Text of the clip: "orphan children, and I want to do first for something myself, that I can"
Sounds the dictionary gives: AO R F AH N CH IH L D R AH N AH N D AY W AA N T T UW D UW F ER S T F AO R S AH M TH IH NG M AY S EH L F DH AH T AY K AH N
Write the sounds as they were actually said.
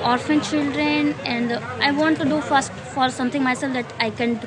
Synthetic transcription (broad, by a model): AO R F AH N CH IH L D R AH N AH N D AY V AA N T T UW D UW F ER S T F AO R S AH M T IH NG M AY S EH L F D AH T AY K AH N